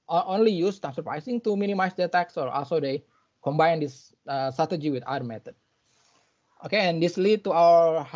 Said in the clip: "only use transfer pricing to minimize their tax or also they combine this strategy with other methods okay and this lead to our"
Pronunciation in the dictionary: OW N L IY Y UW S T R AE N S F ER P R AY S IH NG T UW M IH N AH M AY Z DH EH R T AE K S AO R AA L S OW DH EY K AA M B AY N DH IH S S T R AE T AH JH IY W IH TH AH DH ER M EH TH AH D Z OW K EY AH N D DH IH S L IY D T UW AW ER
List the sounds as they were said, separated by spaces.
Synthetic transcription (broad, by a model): OW N L IY Y UW S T AE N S ER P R AY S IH NG T UW M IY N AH M AY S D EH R T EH K S AO R AA L S OW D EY K AA M B AY N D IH S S T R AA T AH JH IY W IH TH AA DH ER M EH T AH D OW K EY AH N D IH S L IY D T UW AW ER